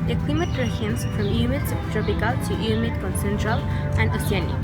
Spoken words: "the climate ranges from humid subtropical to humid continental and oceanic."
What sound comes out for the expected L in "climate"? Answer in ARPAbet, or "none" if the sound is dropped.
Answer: W